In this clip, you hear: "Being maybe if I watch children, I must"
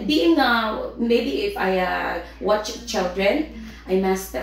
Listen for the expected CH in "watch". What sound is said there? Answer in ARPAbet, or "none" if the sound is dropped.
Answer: CH